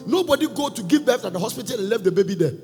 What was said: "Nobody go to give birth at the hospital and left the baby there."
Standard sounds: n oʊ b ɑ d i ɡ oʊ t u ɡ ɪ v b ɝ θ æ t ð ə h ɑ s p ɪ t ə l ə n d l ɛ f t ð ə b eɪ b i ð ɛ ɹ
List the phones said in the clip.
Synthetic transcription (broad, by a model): n oʊ b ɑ d i ɡ oʊ t u ɡ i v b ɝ f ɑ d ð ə h ɑ s p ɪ t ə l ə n l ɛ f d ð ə b eɪ b i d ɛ